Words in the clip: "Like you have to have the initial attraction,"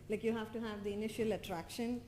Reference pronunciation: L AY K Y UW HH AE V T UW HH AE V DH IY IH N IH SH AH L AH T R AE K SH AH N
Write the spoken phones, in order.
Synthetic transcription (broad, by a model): L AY K Y UW HH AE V T UW HH AE V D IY IH N IH SH AH L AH T R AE K SH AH N